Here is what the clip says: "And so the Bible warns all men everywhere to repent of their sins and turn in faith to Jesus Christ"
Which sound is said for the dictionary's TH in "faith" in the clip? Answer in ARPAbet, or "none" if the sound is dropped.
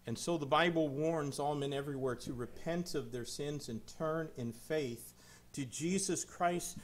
TH